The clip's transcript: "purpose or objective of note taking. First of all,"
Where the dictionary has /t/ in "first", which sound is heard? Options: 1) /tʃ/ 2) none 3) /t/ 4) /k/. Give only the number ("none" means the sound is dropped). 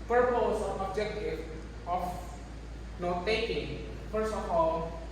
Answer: 2